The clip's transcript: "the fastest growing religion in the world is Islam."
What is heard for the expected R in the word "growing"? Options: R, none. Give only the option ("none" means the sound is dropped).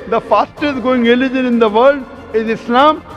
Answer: none